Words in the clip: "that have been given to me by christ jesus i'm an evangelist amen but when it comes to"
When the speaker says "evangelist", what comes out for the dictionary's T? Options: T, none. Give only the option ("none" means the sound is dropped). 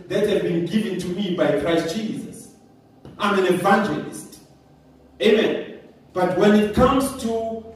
T